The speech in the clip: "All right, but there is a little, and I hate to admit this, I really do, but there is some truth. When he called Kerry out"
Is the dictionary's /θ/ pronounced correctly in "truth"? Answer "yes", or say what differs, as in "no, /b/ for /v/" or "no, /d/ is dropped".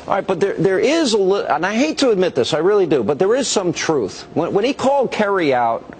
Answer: yes